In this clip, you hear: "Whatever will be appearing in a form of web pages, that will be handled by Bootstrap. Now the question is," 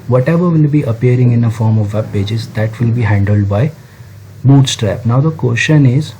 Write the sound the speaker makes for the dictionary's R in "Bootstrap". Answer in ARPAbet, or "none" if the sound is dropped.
R